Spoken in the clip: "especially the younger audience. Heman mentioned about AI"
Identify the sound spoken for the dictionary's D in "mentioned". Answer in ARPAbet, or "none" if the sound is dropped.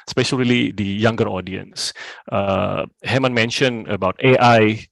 none